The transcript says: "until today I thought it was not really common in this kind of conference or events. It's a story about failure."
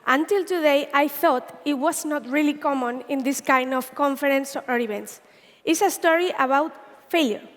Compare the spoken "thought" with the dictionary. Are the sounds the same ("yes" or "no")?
yes